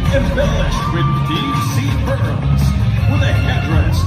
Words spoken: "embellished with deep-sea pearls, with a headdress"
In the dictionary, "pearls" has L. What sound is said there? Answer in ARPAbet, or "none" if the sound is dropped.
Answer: none